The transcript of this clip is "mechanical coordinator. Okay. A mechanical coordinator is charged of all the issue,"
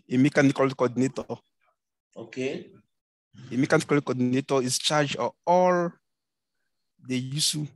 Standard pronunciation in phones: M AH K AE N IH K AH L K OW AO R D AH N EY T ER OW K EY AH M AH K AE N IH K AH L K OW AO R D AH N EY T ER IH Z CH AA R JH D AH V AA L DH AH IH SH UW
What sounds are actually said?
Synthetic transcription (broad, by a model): M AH K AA N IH K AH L K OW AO D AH N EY T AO OW K EY AH M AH K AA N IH K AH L K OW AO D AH N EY T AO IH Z CH AA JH AH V AA L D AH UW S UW